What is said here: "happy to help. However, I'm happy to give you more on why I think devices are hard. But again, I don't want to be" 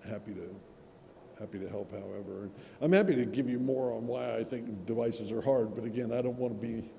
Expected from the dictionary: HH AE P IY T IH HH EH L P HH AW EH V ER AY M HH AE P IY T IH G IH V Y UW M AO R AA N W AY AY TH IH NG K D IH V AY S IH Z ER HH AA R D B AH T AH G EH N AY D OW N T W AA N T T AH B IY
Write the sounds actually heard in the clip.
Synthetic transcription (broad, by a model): HH AE P IY T IH HH EH L P HH AW EH V ER AY M HH AE P IY T IH G IH V Y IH M AO R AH N W AY AY TH IH NG K D IH V AY S IH Z ER HH AA R D B AH T AH G EH N AY D OW N T W AA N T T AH B IY